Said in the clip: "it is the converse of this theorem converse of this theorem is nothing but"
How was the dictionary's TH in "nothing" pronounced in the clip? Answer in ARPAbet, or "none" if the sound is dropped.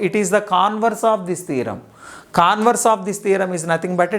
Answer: T